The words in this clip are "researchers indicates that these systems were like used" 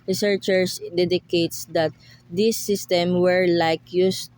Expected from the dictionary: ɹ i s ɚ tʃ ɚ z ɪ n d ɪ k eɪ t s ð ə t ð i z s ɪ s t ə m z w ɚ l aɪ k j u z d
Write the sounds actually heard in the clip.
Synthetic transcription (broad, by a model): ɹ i s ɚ tʃ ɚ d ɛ d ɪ k eɪ t s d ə t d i s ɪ s t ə m w ɚ l aɪ k j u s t